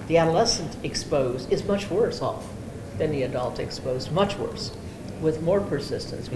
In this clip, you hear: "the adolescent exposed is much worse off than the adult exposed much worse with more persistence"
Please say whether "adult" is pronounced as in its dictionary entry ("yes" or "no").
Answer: yes